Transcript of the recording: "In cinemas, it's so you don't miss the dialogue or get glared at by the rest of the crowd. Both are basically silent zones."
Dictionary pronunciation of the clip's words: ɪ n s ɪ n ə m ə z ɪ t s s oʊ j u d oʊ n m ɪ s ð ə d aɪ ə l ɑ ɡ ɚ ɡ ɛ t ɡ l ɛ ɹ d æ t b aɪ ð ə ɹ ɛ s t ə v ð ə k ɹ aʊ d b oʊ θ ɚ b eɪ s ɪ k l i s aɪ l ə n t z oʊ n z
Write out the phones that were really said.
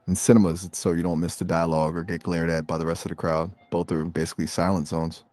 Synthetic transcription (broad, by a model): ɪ n s ɪ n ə m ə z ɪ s s oʊ j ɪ d oʊ n m ɪ s ð ə d aɪ ə l ɑ ɡ ɚ ɡ ɛ t ɡ l ɛ ɹ d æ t b aɪ ð ə ɹ ɛ s t ə v ð ə k ɹ aʊ d b oʊ θ ɚ b eɪ s ɪ k l i s aɪ l ə n t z oʊ n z